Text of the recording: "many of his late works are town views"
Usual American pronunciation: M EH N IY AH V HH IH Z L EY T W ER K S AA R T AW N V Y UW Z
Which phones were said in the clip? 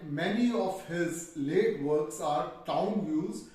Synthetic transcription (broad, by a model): M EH N IY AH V HH IH Z L EY T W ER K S AA R T AW N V Y UW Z